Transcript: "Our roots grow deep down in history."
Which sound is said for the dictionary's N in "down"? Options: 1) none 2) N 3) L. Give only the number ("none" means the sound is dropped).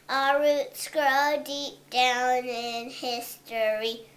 2